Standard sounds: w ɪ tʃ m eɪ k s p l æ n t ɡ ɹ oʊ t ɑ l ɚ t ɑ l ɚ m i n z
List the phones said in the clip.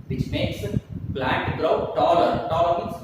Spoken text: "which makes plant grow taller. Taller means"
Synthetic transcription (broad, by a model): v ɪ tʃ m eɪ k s b l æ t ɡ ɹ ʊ t ɑ l ɚ t ɑ l ɚ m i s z